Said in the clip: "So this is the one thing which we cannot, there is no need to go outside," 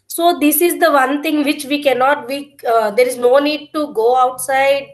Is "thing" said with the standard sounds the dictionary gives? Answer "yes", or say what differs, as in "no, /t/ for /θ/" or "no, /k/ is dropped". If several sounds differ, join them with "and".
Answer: no, /t/ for /θ/